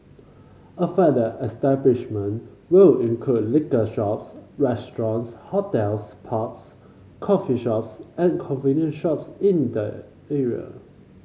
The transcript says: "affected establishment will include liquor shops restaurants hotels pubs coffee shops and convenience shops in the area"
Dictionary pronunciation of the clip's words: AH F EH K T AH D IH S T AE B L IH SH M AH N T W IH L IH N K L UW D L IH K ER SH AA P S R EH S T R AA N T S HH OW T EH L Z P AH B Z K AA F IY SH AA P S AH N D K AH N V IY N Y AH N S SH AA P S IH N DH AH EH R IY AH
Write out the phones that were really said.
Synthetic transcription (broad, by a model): AH F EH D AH IH S T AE B L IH SH M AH N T W IH L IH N K L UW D L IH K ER SH AA P S R EH S T R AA N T S HH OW T EH L S P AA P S K AA F IY SH AA P S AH N K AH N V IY N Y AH N SH AA P S IH N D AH EH R IY AH